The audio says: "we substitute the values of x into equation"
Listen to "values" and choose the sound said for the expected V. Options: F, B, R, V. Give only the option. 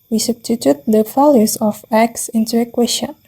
F